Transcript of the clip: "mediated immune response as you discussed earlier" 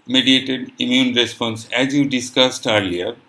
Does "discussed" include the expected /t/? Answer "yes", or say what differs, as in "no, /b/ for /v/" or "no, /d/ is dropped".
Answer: yes